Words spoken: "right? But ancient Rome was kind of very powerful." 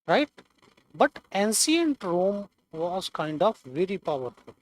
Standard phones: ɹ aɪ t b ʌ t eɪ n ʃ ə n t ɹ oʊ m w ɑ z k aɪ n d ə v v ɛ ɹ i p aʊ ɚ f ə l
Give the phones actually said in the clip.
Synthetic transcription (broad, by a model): ɹ aɪ t b ʌ t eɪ n s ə n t ɹ oʊ m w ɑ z k aɪ n d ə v v ɛ ɹ i p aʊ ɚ f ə l